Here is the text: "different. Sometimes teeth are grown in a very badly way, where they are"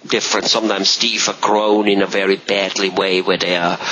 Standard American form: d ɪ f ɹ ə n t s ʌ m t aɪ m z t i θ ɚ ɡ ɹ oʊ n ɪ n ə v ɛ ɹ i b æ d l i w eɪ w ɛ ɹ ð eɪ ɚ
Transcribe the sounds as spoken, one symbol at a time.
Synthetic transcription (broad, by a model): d ɪ f ɹ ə n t s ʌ m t aɪ m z t i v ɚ ɡ ɹ oʊ n ɪ n ə v ɛ ɹ i b æ d l i w eɪ w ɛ ð eɪ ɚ